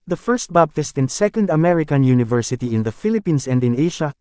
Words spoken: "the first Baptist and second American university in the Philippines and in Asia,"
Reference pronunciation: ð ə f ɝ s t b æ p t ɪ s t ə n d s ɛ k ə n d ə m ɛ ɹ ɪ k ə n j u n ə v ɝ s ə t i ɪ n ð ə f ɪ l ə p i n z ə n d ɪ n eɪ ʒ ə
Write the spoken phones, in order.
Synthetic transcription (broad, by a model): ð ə f ɝ s t b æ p t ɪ s t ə n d s ɛ k ə n d ə m ɛ ɹ ɪ k ə n j u n ə v ɝ s ə t i ɪ n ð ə f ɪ l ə p i n s ə n d ɪ n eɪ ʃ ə